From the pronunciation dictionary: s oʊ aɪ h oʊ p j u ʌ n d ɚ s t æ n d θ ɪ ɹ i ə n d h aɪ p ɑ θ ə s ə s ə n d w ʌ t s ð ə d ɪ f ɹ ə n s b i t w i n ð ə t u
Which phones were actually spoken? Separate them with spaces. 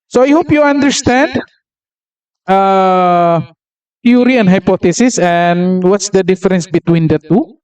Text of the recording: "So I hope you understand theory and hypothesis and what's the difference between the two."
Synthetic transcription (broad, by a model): s oʊ aɪ h oʊ p j u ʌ n d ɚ s t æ n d t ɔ ɹ i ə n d h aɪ p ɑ t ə s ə s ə n w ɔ t s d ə d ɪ f ɹ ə n s b i t w i n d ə t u